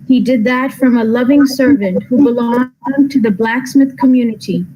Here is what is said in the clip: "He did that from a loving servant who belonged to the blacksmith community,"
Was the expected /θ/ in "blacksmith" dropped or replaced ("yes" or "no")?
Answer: no